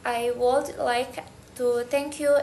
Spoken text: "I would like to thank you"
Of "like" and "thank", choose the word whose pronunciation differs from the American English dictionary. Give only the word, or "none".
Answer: thank